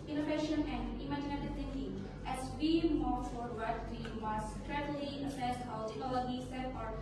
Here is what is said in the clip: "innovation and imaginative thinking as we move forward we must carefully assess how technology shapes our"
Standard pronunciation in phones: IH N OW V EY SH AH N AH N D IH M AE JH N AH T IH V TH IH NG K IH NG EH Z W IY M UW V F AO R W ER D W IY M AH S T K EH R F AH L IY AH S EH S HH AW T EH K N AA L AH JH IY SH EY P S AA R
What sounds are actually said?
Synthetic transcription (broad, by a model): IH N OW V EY SH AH N AH N D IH M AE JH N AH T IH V T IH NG K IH NG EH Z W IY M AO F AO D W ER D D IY M AH S T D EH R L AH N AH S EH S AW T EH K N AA L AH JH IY S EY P AA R